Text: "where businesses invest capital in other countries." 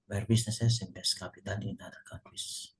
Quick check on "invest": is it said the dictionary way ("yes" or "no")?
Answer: no